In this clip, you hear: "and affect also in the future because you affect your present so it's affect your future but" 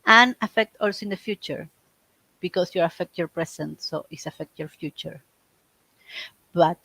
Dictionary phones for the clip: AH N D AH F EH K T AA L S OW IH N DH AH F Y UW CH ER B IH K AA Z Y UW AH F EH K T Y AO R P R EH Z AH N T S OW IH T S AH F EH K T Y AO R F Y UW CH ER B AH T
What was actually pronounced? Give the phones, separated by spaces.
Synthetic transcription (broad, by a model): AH N AH F EH K T AA L S OW IH N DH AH F Y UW CH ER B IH K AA S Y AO AH F EH K T Y AO R P R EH S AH N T S OW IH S AH F EH K T Y AO R F Y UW CH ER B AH T